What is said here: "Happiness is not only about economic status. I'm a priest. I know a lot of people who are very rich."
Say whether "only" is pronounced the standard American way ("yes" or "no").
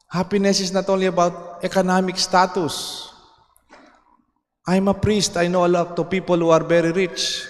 no